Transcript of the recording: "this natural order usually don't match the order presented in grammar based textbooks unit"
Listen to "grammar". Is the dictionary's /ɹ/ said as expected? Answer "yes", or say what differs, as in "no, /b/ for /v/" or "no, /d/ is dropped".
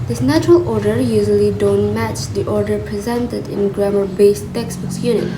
yes